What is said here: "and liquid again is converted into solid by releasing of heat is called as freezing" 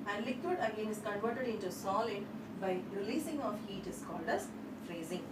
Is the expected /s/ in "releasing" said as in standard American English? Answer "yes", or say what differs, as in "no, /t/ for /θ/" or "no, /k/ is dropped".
yes